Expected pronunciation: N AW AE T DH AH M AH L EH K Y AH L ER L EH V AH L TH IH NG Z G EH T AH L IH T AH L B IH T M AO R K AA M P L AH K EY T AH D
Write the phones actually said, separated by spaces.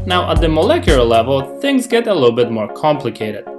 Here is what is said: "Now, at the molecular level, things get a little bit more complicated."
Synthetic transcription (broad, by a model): N AW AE T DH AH M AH L EH K Y L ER L EH V AH L TH IH NG Z G EH T AH L IH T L B IH T M AO R K AA M P L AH K EY T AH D